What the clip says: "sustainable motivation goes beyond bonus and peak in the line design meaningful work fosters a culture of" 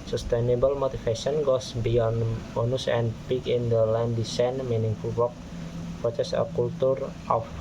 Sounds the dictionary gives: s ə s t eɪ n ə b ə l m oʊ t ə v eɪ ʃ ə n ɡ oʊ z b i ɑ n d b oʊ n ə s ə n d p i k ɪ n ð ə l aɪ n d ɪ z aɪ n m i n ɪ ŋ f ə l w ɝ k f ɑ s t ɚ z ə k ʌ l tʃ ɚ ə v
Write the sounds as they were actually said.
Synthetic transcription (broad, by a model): s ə s t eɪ n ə b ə l m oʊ t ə f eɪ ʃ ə n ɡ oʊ s b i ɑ n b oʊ n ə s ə n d p i k ɪ n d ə l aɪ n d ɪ s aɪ n m i n ɪ ŋ f ə l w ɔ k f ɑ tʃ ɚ s ə k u l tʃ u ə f